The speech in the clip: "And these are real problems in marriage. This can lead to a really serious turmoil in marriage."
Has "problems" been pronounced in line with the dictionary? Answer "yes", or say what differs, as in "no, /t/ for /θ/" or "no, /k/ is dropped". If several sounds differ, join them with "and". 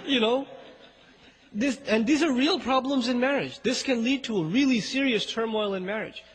yes